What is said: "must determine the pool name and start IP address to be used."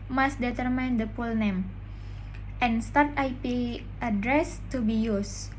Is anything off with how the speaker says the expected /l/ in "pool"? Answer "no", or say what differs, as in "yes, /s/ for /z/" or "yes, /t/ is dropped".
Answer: no